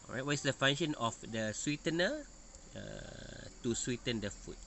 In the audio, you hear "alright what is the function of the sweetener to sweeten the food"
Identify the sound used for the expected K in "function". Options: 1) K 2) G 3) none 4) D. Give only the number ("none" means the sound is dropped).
3